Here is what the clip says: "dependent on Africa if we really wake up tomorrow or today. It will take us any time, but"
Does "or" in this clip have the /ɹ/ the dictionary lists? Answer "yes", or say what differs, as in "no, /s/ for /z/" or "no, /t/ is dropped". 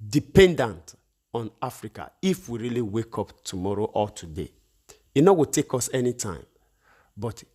no, /l/ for /ɹ/